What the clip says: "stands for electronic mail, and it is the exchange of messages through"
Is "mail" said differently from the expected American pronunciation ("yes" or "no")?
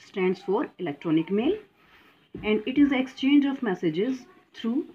no